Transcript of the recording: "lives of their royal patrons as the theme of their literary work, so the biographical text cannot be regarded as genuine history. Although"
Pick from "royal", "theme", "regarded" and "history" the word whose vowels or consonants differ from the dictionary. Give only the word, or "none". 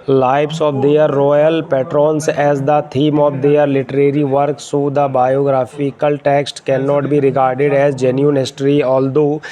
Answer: theme